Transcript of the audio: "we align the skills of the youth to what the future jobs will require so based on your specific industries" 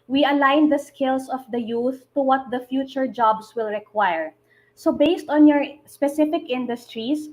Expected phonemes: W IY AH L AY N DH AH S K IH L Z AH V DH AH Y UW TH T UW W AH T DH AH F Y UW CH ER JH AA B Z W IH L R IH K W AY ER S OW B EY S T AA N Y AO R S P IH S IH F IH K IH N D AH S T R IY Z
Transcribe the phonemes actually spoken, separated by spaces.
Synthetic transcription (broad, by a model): W IY AH L AY N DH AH S K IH L S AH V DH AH Y UW TH T UW W AH T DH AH F Y UW CH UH JH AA B S W IH L R IH K W AY ER S OW B EY S T AA N Y AO R S P IH S IH F IH K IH N D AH S T R IY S